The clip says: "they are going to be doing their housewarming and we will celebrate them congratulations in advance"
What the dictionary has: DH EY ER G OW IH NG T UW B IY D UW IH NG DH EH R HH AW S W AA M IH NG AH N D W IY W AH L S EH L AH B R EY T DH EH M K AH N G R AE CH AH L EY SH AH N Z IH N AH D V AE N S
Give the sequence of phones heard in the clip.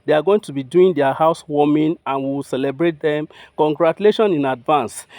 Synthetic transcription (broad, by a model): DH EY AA G OW IH NG T UW B IY D UW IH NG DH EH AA HH AW S W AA M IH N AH N W IY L S EH L AH B R EY T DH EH M K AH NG G R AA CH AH L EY SH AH N IH N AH D V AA N S